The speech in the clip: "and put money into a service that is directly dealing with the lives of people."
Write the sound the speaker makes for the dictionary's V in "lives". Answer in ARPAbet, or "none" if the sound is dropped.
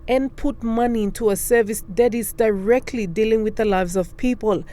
V